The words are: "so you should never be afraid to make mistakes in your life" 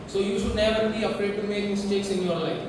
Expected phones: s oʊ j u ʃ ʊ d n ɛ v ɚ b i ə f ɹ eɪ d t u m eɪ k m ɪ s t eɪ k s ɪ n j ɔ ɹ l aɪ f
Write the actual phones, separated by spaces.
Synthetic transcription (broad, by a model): s oʊ j u ʃ ʊ d n ɛ v ɚ b i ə p ɹ eɪ d t u m eɪ k m ɪ s t eɪ k s ɪ n j ɔ ɹ l aɪ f